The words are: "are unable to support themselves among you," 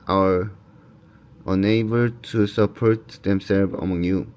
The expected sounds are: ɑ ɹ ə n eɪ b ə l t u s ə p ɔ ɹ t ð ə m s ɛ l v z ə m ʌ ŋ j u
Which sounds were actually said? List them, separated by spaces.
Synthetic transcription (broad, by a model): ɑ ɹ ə n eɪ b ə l t u s ə p ɔ ɹ t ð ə m s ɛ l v ə m ʌ ŋ j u